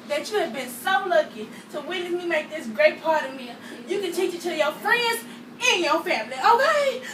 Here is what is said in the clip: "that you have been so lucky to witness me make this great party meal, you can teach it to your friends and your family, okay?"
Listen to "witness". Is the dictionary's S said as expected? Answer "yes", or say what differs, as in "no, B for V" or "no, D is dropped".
no, S is dropped